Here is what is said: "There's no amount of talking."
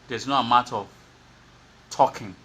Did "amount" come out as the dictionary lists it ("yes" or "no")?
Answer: no